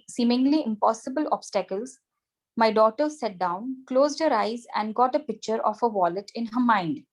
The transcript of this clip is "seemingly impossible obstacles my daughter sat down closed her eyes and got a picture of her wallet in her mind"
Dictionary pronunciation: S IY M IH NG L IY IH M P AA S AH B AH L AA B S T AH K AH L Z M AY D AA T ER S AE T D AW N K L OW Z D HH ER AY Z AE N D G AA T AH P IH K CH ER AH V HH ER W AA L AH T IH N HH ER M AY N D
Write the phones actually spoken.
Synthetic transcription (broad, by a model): S IY M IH NG L IY IH M P AA S AH B AH L AA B S T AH K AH L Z M AY D AA T ER S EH T D AW N K L OW Z D HH ER AY Z AE N D G AA T AH P IH K CH ER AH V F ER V AA L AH T IH N HH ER M AY N D